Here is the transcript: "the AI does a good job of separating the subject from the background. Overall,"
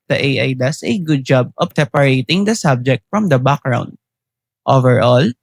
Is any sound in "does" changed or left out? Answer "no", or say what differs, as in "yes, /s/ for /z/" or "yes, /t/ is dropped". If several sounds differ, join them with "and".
yes, /s/ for /z/